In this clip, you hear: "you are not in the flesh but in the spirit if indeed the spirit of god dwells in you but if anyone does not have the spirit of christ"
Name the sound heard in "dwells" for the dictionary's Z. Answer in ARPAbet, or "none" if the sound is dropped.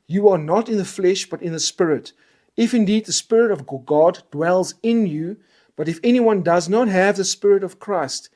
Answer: Z